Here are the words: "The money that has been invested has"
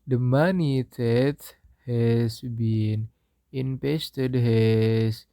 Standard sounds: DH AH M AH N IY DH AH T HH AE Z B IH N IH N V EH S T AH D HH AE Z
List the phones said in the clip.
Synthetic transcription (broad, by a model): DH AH M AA N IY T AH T HH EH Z B IH N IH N P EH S T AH D HH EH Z